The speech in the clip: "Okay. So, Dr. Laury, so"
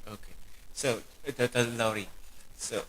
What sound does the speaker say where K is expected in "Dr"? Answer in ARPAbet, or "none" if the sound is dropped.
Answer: none